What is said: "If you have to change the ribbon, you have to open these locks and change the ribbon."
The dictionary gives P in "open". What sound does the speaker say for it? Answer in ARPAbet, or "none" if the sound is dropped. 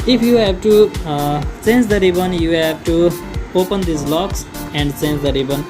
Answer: P